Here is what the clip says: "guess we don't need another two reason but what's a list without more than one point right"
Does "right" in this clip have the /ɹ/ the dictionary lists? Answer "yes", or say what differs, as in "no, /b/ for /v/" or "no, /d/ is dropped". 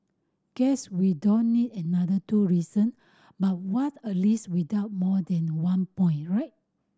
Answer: yes